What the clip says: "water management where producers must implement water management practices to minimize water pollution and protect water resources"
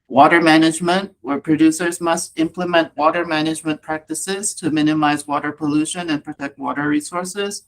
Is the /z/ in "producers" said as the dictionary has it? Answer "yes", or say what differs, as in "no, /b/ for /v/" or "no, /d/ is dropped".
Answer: yes